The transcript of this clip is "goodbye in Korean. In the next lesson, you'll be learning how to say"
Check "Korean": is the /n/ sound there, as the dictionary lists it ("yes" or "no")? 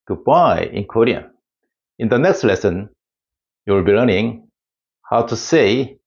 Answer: no